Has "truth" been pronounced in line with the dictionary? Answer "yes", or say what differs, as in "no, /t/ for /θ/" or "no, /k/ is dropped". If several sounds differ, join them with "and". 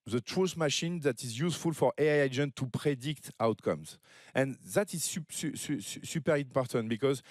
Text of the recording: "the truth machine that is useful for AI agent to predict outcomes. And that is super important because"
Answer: no, /s/ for /θ/